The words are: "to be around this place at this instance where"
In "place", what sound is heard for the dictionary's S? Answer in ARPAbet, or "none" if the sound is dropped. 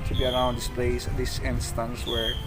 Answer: none